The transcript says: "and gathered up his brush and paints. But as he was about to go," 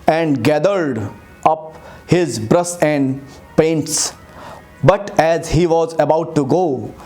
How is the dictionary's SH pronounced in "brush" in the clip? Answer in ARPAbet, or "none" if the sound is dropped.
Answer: S